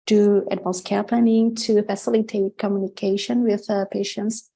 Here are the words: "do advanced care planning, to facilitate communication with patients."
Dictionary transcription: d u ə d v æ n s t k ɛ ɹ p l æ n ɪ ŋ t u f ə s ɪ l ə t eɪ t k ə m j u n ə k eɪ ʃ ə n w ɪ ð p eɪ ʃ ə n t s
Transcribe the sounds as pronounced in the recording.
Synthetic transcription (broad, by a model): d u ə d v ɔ l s k ɛ ɹ p l æ n ɪ ŋ t u f ə s ɪ l ə t eɪ t k ə m j u n ə k eɪ ʃ ə n w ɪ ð p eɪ ʃ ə n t s